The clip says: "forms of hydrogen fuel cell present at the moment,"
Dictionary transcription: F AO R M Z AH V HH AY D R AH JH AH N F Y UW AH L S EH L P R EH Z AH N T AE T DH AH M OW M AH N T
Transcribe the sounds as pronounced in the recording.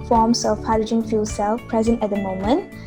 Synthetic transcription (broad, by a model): F AO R M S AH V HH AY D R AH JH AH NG F Y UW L S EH L P R EH Z AH N T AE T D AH M OW M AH N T